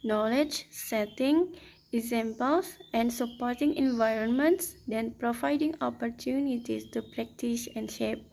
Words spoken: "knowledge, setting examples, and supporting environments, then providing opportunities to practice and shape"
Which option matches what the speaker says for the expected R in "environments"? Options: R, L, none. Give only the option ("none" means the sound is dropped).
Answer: R